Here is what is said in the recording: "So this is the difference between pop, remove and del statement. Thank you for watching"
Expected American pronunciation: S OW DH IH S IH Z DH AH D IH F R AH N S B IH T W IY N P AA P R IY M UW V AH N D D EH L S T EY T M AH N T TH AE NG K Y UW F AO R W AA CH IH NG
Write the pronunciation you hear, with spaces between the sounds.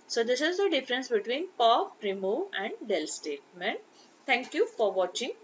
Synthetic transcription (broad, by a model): S OW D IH S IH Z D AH D IH F R AH N S B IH T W IY N P AA P R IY M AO AH N D D EH L S T EY T M AH N T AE NG K Y UW F AO R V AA CH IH NG